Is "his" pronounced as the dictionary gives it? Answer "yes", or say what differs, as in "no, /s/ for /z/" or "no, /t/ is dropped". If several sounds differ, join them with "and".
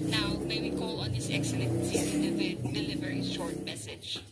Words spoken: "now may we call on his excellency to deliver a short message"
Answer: no, /s/ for /z/